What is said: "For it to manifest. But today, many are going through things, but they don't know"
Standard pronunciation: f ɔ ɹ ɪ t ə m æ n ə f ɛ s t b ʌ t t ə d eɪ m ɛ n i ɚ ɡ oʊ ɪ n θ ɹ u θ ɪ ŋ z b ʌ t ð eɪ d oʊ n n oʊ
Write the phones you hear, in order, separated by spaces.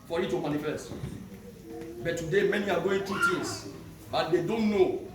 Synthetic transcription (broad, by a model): f ɔ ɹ ɪ t ə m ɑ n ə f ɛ s t b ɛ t t ə d eɪ m ɛ n i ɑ ɡ oʊ ɪ n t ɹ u t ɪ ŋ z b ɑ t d eɪ d oʊ n n oʊ